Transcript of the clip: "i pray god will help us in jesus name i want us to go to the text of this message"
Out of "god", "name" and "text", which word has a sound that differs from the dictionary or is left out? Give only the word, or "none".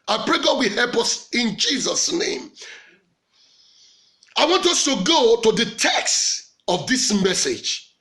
none